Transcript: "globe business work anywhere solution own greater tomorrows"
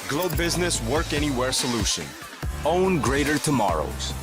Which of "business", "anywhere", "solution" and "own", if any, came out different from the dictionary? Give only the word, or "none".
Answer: none